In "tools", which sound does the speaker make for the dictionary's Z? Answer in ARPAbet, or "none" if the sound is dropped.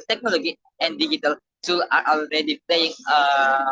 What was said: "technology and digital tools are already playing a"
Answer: none